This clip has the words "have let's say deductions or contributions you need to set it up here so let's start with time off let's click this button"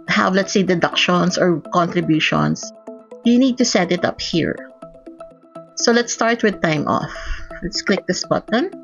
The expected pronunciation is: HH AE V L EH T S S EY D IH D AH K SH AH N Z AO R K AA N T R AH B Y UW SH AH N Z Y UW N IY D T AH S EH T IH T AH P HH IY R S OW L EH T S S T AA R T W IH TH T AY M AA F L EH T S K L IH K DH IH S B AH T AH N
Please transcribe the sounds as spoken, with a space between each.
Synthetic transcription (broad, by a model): HH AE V L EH T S S EY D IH D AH K SH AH N S AO R K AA N T R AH B Y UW SH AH N S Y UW N IY D T AH S EH T IH T AH P HH IY R S OW L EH T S S T AA R T W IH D T AY M AA F L EH T S K L IH K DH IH S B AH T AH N